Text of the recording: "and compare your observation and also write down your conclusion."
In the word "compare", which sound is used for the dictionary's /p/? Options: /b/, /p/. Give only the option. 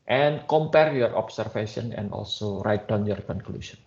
/p/